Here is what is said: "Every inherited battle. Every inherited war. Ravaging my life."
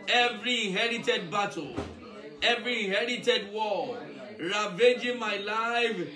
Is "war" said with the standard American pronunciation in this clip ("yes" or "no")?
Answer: no